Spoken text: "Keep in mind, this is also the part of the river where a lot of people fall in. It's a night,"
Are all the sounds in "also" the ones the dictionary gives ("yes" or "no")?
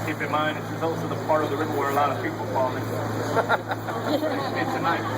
yes